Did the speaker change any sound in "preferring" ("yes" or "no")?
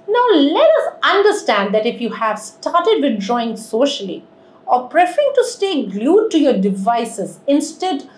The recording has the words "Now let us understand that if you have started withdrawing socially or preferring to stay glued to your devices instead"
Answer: no